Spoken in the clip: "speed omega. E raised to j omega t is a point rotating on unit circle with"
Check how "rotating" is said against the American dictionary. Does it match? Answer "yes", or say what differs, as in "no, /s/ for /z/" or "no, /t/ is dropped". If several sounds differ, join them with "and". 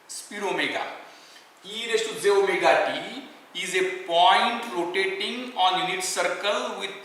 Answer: no, /l/ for /ɹ/